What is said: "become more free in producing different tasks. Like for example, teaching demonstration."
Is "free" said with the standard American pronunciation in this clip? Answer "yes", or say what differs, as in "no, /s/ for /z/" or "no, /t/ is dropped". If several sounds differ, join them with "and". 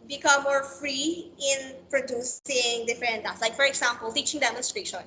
yes